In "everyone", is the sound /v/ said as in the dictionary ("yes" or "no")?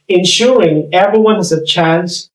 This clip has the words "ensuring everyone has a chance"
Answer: yes